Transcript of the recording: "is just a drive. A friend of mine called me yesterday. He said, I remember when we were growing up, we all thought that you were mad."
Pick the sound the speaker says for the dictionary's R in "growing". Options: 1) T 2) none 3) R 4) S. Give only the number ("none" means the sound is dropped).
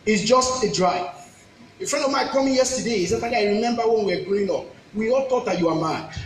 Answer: 2